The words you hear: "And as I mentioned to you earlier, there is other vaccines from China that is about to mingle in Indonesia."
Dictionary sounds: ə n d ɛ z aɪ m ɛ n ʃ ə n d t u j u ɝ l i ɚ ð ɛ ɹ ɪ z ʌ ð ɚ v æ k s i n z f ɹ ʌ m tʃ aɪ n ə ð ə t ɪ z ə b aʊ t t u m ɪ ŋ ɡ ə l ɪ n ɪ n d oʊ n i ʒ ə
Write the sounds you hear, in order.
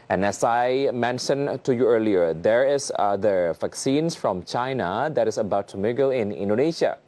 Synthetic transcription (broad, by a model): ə n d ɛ s aɪ m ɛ n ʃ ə n t u j u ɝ l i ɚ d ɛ ɹ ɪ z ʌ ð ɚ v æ k s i n s f ɹ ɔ m tʃ aɪ n ə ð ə t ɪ s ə b aʊ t t u m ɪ ɡ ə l ɪ n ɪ n d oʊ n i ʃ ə